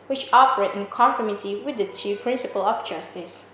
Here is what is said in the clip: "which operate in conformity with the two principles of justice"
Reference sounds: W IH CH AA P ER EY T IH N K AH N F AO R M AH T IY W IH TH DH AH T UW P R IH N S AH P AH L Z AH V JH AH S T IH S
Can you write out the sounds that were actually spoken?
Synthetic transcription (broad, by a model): W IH CH AA P ER EY T IH N K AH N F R M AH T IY W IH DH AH T UW P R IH N S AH P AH L AH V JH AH S T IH S